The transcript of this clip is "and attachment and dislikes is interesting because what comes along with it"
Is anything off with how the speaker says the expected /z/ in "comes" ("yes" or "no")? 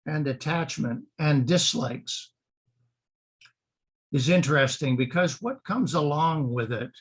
no